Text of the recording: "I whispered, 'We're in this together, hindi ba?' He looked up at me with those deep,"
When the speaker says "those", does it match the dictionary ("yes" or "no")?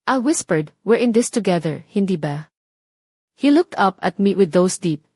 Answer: no